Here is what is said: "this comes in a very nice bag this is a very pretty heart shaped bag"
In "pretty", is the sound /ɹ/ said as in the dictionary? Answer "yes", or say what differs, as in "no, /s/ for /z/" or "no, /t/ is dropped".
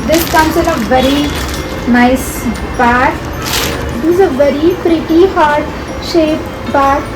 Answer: yes